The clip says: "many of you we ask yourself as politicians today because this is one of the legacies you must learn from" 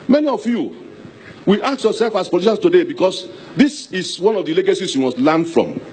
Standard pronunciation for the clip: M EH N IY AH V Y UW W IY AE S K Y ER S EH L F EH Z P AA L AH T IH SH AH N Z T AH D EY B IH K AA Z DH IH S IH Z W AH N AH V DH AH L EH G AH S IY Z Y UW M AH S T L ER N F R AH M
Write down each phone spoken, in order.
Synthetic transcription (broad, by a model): M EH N IY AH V Y UW W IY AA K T Y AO S EH L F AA S P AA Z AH SH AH N S T AH D EY B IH K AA S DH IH S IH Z W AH N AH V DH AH L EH G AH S IY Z Y UW M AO S T L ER N F R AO M